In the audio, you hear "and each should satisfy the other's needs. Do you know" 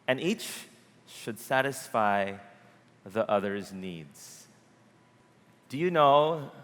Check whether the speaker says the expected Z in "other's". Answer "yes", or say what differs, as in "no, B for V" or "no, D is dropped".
yes